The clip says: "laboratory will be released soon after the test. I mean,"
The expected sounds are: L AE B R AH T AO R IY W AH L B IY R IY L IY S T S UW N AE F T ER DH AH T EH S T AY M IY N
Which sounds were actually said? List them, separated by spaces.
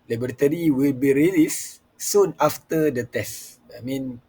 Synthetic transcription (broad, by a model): L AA B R T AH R IY W AH L B IY R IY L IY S S UW N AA F T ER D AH T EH S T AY M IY N